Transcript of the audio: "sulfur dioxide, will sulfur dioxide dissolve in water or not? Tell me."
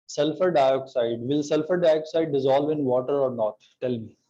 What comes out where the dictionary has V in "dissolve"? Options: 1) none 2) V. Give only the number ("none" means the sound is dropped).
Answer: 2